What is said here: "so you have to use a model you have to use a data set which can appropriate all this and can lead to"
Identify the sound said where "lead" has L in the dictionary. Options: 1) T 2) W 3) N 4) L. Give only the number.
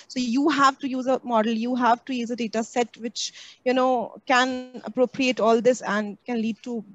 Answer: 4